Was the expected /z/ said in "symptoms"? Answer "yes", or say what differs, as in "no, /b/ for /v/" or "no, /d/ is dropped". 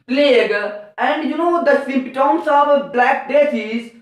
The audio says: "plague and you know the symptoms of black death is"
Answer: no, /s/ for /z/